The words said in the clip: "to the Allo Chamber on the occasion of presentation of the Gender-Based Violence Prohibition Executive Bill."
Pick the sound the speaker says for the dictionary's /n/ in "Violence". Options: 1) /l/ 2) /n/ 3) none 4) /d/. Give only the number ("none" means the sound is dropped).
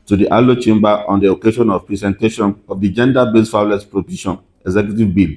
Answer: 3